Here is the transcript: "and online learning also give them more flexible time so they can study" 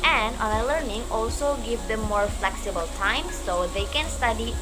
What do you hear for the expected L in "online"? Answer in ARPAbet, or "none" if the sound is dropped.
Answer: none